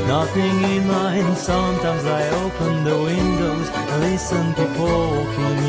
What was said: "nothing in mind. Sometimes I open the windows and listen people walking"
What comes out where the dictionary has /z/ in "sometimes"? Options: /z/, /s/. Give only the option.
/z/